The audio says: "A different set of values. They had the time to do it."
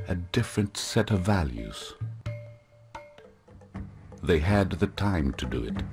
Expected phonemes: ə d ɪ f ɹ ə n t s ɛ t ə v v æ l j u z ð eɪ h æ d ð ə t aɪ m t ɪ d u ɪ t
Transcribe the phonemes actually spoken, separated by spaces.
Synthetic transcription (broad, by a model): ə d ɪ f ɹ ə n t s ɛ t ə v v æ l j u z ð eɪ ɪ d ð ə t aɪ m t ɪ d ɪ ɪ t